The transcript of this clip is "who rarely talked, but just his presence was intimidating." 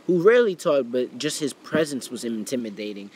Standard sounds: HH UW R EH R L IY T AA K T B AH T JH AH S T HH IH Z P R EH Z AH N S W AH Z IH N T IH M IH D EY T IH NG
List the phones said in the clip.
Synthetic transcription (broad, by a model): HH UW R EH R L IY T AA T B AH T JH AH S T HH IH Z P R EH Z AH N S W AH Z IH N T IH M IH D EY T IH NG